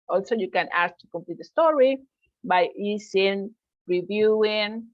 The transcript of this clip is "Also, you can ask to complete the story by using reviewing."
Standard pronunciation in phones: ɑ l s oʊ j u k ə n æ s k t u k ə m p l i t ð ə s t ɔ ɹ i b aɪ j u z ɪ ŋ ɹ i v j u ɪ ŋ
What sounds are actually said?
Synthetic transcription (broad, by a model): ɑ l s oʊ j u k ə n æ s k t u k ə m p l i t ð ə s t ɔ ɹ i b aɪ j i s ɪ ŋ ɹ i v j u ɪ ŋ